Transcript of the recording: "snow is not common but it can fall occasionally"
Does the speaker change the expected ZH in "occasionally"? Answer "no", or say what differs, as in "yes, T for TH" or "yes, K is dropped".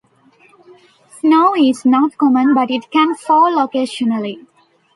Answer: yes, SH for ZH